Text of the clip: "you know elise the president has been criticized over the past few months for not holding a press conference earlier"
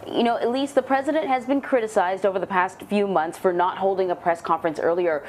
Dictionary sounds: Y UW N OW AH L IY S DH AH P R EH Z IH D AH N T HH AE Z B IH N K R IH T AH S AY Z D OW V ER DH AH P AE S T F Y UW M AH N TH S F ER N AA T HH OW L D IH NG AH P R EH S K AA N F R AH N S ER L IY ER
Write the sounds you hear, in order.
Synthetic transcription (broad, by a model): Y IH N OW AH L IY S DH AH P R EH Z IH D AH N T HH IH Z B IH N K R IH T AH S AY Z D OW V ER DH AH P AE S T F Y UW M AH N TH S F ER N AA T HH OW L D IH NG AH P R EH S K AA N F R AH N S ER L IY ER